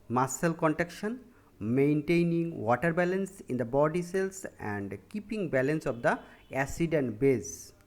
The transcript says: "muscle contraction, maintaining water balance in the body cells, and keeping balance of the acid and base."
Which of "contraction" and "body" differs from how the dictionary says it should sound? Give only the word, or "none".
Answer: contraction